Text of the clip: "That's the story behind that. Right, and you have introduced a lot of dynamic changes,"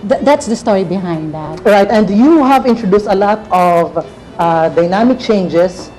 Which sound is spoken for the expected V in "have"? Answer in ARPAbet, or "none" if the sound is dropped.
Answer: V